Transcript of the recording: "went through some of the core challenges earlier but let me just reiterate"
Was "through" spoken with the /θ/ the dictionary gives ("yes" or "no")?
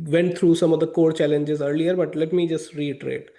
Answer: no